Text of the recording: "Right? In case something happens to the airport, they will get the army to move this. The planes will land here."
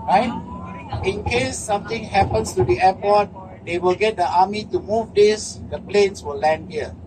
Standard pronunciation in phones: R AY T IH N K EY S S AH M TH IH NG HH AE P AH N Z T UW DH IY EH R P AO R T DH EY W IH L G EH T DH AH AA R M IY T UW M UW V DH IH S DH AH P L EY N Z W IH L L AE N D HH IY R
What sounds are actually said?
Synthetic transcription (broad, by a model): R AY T IH N K EY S S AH M T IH NG HH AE P AH N S T UW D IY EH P AO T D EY W IH L G EH T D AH AA M IY T UW M UW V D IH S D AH P L EY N S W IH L L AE N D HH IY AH